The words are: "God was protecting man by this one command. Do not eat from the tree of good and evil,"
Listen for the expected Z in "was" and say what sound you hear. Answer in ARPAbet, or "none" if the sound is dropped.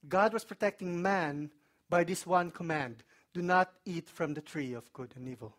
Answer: S